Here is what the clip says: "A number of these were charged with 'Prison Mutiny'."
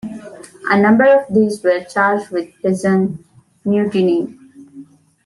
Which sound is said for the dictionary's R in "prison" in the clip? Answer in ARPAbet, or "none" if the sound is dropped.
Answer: none